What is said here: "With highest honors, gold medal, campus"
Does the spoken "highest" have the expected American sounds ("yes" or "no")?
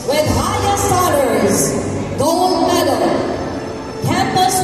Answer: no